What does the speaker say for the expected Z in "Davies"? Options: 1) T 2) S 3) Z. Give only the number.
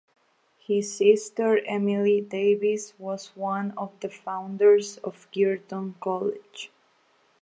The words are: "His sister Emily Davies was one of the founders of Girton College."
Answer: 2